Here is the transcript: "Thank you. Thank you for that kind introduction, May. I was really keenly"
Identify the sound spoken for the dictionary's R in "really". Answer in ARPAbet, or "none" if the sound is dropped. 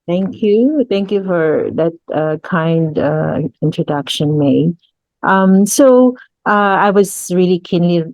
R